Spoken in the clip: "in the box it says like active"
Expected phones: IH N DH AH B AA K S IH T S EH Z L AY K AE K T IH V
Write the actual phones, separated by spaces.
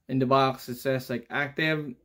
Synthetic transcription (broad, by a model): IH N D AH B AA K S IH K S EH S L AY K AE K T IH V